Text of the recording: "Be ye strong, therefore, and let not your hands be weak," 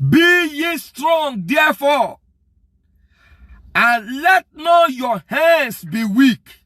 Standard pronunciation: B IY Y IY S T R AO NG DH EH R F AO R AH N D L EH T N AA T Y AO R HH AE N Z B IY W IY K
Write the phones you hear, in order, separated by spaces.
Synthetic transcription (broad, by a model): B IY Y IY S T R AO NG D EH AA F AO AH N L EH T N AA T Y AO HH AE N S B IY W IY K